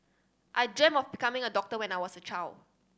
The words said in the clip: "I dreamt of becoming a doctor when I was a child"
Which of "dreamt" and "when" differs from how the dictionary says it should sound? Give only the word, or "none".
dreamt